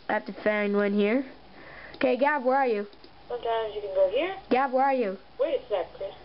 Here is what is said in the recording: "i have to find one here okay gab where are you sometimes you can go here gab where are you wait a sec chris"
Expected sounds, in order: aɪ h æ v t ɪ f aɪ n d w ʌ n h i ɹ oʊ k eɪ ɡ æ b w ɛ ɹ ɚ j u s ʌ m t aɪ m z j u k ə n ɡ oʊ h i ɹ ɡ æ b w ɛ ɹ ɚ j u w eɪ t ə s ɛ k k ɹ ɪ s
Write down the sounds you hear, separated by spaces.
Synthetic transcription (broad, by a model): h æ f t ɪ f aɪ n d w ʌ n h i ɹ oʊ k eɪ ɡ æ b w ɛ ɹ ɚ j u s ʌ m t aɪ m z j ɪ k ə n ɡ oʊ h i ɹ ɡ æ b w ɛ ɹ ɚ j u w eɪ ə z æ k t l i